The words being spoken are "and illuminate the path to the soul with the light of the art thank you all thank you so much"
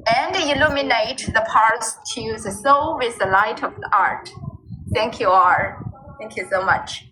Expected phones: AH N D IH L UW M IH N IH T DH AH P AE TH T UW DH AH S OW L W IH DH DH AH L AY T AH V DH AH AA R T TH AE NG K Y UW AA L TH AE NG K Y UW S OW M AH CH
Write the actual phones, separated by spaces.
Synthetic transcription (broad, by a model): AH N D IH L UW M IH N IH T DH AH P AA S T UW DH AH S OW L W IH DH DH AH L AY T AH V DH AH AA R T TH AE NG K Y UW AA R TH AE NG K Y UW S OW M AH CH